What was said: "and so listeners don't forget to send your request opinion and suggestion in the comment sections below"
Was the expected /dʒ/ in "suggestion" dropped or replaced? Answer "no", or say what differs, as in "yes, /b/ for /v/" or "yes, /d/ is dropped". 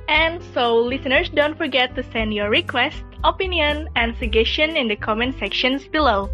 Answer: yes, /dʒ/ is dropped